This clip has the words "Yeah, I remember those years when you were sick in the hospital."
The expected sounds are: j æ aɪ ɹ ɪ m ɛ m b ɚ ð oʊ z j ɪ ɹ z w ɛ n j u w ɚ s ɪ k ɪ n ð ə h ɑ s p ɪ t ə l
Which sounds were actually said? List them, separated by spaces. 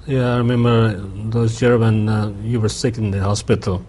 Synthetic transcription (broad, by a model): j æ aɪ ɹ ɪ m ɛ m b ɚ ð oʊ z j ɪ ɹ w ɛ n j u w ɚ s ɪ k ɪ n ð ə h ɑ s p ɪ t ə l